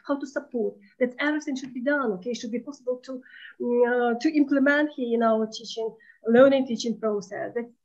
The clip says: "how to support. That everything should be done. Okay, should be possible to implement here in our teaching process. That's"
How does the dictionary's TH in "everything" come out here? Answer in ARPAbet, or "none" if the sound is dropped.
S